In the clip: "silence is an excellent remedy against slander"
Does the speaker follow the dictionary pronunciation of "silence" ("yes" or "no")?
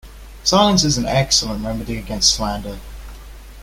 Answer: no